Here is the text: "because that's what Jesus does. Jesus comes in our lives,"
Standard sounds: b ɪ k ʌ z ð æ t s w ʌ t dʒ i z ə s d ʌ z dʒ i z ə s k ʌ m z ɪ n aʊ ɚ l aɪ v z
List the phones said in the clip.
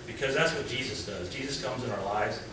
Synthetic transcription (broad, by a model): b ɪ k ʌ z ð æ t s w ʌ t dʒ i z ə s d ʌ z dʒ i z ə s k ʌ m z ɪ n aʊ ɚ l aɪ v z